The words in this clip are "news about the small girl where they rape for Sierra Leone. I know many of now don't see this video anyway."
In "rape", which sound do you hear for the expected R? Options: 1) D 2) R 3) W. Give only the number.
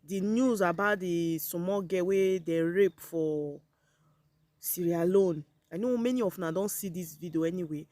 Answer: 2